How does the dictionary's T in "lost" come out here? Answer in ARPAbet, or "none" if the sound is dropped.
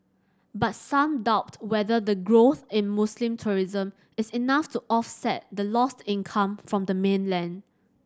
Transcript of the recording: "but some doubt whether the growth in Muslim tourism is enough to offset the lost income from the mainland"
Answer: T